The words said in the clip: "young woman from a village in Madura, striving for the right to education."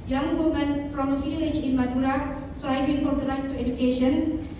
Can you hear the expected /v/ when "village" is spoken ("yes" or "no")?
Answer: no